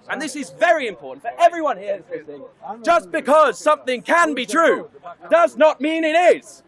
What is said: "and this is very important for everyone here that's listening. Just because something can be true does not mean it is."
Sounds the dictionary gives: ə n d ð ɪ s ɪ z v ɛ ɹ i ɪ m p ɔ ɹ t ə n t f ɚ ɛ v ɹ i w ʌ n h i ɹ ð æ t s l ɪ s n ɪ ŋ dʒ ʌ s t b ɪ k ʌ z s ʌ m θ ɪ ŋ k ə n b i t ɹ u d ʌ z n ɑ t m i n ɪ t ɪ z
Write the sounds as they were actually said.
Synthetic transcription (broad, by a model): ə n ð ɪ s ɪ z v ɛ ɹ i ɪ m p ɔ ɹ t n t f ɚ ɛ v ɹ i w ʌ n h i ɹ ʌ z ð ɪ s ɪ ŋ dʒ ʌ s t b ɪ k ʌ z s ʌ m θ ɪ ŋ k ə n b i t ɹ u d ʌ z n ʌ t m i n ɪ t ɪ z